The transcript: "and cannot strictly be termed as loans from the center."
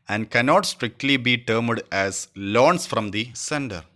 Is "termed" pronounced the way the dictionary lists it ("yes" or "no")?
yes